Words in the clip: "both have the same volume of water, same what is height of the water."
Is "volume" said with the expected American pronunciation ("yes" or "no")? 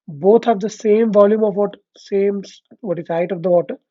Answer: yes